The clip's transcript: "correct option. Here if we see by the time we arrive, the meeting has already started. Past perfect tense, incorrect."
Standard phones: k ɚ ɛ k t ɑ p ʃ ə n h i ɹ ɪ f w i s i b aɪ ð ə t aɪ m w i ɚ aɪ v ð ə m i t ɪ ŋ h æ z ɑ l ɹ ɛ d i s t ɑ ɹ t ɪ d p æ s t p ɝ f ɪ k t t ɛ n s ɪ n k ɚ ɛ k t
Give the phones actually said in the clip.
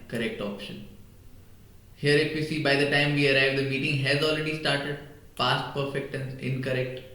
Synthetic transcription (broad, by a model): k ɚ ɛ k t ɑ p ʃ ə n h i ɹ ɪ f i s i b aɪ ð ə t aɪ m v i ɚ aɪ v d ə m i t ɪ ŋ h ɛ z ɑ l ɹ ɛ d i s t ɑ ɹ t ɪ d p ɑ s t p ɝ f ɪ k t t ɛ n ɪ n k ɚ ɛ k t